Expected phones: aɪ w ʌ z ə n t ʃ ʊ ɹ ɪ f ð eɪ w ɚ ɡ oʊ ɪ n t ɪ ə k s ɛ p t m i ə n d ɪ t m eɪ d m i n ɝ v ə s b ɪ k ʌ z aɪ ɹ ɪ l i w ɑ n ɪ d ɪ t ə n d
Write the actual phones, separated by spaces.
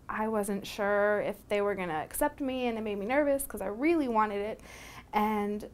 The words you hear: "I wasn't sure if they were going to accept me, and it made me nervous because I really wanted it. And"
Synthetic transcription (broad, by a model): aɪ w ʌ z ə n t ʃ ʊ ɹ ɪ f ð eɪ w ɚ ɡ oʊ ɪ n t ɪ ə k s ɛ p t m i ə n ɪ t m eɪ d m i n ɝ v ə s k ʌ z aɪ ɹ ɪ l i w ɑ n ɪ d ɪ t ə n